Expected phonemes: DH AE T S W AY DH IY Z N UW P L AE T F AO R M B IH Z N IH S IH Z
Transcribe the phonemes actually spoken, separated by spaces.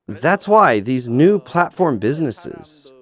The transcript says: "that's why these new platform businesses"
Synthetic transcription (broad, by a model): DH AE T S W AY DH IY Z N UW P L AE T F AO R M B IH Z N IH S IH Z